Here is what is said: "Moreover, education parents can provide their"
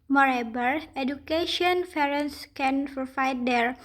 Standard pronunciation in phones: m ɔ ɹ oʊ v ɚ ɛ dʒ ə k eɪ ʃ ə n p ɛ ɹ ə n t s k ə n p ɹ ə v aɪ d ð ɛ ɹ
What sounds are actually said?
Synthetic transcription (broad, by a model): m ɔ ɹ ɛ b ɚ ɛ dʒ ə k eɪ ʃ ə n f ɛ ɹ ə n s k ə n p ə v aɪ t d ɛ ɹ